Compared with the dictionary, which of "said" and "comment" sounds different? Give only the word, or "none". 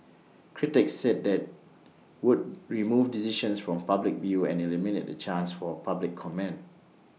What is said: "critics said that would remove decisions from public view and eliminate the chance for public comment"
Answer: comment